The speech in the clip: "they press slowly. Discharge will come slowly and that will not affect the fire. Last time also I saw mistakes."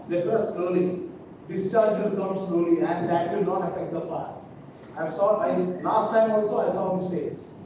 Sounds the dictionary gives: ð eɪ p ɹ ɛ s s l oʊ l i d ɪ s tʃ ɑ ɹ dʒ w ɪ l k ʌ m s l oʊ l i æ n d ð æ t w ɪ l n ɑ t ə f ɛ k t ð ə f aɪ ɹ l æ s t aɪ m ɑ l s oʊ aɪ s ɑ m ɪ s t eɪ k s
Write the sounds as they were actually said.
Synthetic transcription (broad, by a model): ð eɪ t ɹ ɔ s s l oʊ l i d ɪ s tʃ ɑ ɹ dʒ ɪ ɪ k ʌ m s l oʊ l i æ n d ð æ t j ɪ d n ɑ t ə f ɛ k t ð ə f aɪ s l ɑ s t aɪ m ɑ l s oʊ aɪ s ɑ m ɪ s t eɪ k s